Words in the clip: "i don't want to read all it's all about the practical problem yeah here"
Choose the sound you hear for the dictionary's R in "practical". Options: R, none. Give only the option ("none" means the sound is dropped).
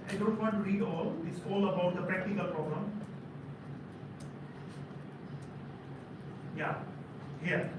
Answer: R